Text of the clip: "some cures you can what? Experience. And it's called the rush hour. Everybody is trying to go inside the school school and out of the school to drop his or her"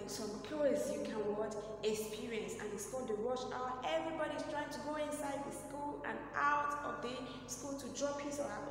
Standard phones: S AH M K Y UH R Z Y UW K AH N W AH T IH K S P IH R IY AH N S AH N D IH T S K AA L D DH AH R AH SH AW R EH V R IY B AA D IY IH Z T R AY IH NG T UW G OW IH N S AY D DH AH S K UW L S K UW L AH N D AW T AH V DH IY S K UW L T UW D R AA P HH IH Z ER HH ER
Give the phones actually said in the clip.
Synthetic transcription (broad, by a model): S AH M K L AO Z Y UW K AH N W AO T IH K S P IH R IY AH N S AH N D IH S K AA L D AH W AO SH AW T EH V R IY B AA D IY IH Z T R AY IH NG T UW G OW IH N S AY D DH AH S S K UW L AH N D AW T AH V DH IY S K UW L T UW D R AA P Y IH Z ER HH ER